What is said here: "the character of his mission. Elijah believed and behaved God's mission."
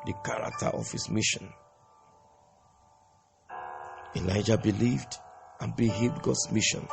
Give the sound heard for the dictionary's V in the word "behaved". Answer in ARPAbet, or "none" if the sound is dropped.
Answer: none